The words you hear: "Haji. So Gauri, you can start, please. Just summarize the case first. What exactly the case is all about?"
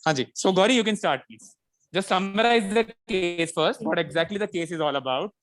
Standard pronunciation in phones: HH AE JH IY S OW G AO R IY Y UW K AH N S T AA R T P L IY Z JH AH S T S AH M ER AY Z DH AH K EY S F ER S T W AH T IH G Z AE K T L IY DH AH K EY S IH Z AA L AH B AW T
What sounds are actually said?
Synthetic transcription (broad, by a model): HH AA JH IY S OW G AO R IY Y UW K AH N S T AA R T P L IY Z JH AH S T S AH M ER AY Z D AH K EY S F ER S T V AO T IH G Z AE K T L IY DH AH K EY S IH Z AA L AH B AW T